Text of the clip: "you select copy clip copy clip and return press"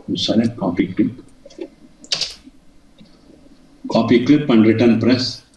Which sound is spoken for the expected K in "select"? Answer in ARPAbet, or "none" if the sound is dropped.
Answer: none